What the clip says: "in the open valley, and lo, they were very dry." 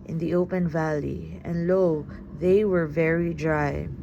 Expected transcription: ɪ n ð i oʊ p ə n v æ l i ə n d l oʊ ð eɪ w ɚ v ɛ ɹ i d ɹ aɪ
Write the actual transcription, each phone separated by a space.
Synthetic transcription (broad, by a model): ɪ n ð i oʊ p ə n v æ l i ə n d l oʊ ð eɪ w ɚ v ɛ ɹ i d ɹ aɪ